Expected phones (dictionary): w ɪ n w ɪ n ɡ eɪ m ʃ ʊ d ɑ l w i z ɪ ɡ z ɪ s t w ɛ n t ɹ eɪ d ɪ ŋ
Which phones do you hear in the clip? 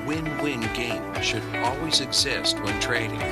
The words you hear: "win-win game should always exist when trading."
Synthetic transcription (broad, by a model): w ɪ n w ɪ n ɡ eɪ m ʃ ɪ d ɑ l w i z ɪ ɡ z ɪ s t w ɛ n t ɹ eɪ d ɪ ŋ